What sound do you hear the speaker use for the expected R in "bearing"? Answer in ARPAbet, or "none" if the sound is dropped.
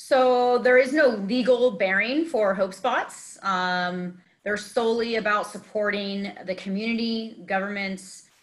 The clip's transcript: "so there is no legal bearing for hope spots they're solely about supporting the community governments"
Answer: R